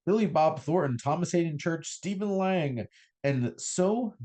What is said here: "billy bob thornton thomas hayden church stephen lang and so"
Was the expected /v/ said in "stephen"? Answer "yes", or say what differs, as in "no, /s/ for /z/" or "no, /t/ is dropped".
yes